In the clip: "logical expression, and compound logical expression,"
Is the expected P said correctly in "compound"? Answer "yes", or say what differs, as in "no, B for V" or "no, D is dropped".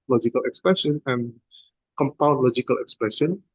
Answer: yes